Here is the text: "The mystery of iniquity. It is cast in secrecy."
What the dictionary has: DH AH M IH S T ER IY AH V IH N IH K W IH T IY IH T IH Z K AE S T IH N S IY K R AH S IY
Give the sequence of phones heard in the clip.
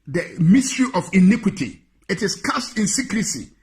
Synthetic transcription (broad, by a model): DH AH M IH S T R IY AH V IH N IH K W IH T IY IH T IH S K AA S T IH N S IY K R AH S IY